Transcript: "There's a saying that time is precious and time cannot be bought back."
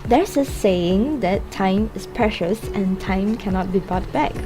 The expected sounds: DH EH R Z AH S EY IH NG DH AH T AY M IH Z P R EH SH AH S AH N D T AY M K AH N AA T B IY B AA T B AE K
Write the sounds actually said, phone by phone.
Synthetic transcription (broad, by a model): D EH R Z AH S EY IH NG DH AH T AY M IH S P R EH SH AH S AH N T AY M K AH N AA T B IY B AA T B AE K